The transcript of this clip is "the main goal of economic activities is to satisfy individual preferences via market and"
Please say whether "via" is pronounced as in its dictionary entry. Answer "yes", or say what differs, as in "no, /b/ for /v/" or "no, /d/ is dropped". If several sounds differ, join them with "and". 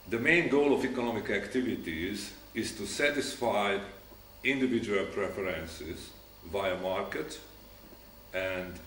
yes